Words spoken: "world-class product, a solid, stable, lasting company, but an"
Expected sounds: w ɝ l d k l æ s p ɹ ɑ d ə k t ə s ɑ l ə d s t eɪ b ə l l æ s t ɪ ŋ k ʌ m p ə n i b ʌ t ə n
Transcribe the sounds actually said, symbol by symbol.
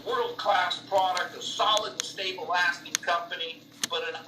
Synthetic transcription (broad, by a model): w ɝ l d k l æ s p ɹ ɑ d ə k t ə s ɑ l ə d s t eɪ ə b l æ s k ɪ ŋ k ʌ m p ə n i b ʌ t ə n